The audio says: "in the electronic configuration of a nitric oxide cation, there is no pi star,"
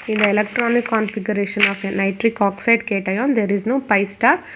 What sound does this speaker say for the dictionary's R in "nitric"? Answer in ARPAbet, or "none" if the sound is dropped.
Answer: R